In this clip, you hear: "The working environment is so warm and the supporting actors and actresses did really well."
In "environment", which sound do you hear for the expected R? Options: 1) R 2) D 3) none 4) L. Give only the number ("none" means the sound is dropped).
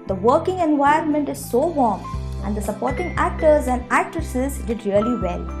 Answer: 3